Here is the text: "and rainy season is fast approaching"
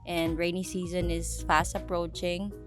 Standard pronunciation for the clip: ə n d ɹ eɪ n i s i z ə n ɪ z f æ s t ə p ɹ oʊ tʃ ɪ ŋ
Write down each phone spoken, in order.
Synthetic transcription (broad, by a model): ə n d ɹ eɪ n i s i z ə n ɪ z f æ s t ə p ɹ oʊ tʃ ɪ ŋ